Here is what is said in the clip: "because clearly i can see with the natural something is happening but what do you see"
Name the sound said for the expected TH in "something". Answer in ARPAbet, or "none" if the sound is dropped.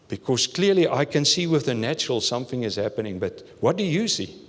TH